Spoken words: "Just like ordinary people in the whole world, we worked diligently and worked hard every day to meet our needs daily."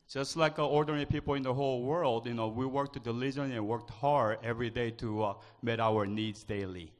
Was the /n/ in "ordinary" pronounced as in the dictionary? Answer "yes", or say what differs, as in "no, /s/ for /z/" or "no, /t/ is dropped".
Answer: no, /n/ is dropped